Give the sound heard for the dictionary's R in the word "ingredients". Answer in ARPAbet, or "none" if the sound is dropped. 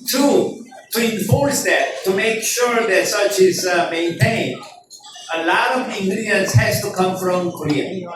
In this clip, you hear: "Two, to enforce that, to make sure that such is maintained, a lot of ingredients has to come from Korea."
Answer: none